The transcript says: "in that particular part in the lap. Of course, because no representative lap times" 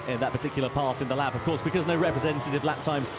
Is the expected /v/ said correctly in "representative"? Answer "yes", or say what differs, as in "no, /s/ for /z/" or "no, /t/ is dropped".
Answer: yes